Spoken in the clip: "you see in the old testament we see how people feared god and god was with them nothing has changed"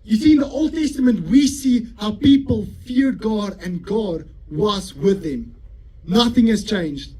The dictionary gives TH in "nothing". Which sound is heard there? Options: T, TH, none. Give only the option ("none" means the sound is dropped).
TH